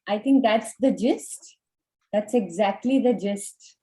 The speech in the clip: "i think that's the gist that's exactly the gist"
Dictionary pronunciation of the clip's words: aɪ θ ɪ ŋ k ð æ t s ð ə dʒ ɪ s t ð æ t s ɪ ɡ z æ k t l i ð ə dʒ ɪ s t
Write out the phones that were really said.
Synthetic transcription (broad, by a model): aɪ t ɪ ŋ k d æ t s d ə dʒ ɪ s t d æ t s ɪ ɡ z æ k t l i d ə dʒ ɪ s t